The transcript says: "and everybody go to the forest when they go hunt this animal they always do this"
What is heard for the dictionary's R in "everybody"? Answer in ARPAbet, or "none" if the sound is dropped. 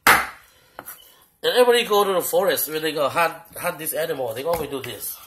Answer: none